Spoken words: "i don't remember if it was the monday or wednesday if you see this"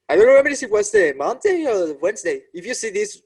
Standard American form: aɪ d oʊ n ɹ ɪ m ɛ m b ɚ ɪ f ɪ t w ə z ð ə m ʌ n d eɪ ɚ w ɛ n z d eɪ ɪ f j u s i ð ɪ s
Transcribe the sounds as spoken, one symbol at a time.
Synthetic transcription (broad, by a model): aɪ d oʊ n w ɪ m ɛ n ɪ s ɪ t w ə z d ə m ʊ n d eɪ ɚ w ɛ n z d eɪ ɪ f j u s i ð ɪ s